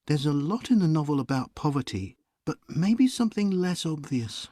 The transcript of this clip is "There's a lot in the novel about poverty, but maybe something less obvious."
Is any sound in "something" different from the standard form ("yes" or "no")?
no